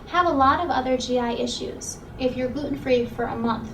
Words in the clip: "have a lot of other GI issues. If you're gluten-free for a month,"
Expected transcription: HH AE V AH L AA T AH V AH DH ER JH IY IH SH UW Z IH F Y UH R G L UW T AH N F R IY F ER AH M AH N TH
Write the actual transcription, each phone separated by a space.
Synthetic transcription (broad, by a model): HH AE V AH L AA T AH V AH DH ER JH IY IH SH UW Z IH F Y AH R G UW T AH N F R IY F ER AH M AH N TH